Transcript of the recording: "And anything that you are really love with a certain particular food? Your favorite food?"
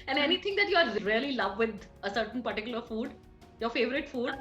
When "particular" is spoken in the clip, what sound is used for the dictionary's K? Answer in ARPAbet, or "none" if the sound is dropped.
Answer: K